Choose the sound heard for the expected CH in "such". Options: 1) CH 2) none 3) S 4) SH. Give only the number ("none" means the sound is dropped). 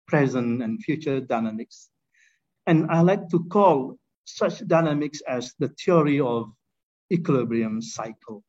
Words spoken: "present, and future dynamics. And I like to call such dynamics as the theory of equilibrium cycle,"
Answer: 1